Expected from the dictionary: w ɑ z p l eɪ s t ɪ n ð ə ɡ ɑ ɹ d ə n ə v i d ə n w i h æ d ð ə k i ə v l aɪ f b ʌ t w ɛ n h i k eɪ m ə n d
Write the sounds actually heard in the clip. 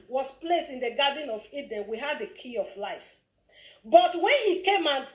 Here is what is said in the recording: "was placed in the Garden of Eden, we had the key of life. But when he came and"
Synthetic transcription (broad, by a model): w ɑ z p l eɪ s t ɪ n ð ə ɡ ɑ d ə n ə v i d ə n w i h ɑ d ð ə k i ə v l aɪ f b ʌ t w ɛ n h i k eɪ m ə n